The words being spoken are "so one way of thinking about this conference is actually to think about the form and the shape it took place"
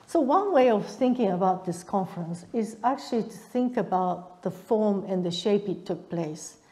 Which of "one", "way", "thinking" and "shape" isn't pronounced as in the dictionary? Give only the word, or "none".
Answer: none